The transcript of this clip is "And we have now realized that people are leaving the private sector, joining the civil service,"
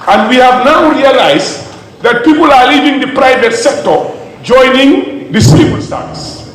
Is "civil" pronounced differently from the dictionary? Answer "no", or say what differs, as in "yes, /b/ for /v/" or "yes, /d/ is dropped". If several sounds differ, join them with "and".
yes, /b/ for /v/